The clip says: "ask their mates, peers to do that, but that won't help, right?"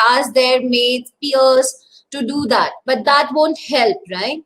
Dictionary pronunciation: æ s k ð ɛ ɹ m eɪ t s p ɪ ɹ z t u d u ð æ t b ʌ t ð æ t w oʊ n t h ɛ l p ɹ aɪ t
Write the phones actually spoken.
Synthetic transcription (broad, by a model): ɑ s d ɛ ɹ m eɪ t p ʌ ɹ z t u d u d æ t b ʌ t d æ t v oʊ n t h ɛ l p ɹ aɪ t